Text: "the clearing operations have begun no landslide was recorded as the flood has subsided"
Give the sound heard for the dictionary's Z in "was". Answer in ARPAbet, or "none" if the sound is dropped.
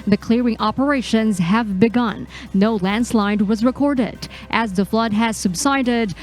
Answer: Z